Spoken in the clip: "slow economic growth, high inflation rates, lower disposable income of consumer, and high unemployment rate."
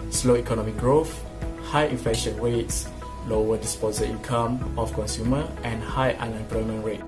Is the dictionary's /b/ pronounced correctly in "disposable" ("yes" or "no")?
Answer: no